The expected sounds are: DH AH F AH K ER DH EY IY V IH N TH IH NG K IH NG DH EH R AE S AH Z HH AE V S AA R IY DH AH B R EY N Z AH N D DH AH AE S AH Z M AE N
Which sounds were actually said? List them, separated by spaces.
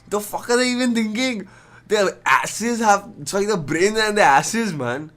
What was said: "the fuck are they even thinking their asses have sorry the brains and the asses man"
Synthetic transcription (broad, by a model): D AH F AH K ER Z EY IY V IH N T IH NG K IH NG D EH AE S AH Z HH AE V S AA IY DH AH B R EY N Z AH N D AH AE S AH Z M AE N